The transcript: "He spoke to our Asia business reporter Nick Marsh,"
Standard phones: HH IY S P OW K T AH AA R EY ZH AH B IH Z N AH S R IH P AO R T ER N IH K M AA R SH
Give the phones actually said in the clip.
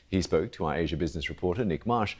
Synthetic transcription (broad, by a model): HH IY S P OW K T AH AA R EY ZH AH B IH Z N AH S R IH P AO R T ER N IH K M AA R SH